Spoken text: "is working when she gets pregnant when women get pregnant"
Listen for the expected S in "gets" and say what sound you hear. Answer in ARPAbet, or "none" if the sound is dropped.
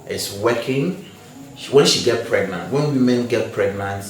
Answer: none